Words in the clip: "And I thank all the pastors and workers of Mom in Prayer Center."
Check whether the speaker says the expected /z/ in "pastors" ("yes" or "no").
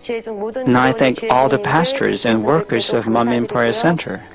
yes